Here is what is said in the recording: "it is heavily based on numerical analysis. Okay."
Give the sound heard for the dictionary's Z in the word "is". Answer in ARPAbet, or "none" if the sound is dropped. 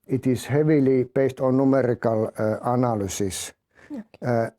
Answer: S